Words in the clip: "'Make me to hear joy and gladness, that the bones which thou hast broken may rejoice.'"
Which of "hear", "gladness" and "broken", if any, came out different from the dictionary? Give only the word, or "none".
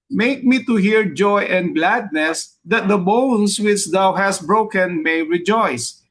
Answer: none